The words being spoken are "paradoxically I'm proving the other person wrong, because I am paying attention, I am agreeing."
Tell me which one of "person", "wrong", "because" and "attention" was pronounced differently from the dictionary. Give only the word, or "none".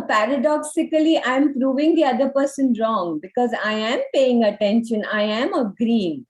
none